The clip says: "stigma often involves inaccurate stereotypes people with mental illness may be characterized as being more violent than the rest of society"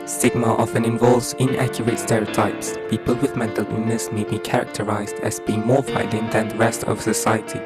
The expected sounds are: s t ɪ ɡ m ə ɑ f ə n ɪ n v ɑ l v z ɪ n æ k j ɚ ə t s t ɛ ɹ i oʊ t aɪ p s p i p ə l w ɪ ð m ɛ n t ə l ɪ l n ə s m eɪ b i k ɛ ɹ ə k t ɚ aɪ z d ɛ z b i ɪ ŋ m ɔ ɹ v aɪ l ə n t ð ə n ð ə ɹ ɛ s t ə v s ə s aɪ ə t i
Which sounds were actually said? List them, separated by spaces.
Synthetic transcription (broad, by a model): s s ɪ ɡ m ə ɑ f ə n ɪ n v ɑ l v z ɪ n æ k j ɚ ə t s t ɛ ɹ i oʊ t aɪ p s p i p ə l w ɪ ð m ɛ n t ə l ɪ n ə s m eɪ b i k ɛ ɹ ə k t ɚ aɪ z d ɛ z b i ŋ m ɔ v aɪ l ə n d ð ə n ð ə ɹ ɛ s t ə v s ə s aɪ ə t i